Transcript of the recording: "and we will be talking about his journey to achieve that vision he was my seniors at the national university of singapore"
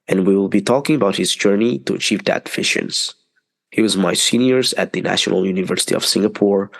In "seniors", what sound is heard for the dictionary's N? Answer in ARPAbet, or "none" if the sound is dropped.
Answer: N